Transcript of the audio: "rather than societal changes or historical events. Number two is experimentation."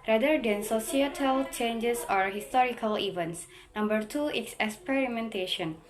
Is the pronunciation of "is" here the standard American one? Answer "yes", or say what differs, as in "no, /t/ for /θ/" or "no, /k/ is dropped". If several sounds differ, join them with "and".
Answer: no, /s/ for /z/